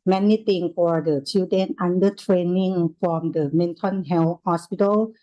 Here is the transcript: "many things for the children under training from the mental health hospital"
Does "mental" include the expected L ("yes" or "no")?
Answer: no